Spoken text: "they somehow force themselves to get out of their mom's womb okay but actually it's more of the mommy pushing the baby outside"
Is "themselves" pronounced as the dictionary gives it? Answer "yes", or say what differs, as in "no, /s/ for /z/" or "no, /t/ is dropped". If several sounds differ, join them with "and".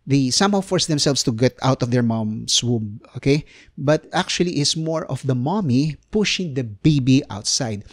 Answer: no, /s/ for /z/